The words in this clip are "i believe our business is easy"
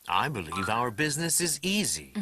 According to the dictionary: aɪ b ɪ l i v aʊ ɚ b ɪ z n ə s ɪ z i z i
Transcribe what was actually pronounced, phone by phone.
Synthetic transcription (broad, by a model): aɪ b ɪ l i v aʊ ɚ b ɪ z n ə s ɪ z i z i